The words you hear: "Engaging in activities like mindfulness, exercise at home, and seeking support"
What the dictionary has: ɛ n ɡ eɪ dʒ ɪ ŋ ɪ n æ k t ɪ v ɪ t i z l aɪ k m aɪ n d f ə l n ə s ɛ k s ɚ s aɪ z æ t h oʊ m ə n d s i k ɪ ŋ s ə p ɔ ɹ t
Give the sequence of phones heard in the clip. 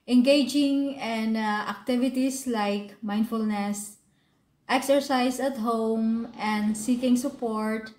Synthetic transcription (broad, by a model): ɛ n ɡ eɪ dʒ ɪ ŋ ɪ n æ k t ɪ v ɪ t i s l aɪ k m aɪ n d f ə l n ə s ɛ k s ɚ s aɪ s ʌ t h oʊ m ə n d s i k ɪ ŋ s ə p ɔ ɹ t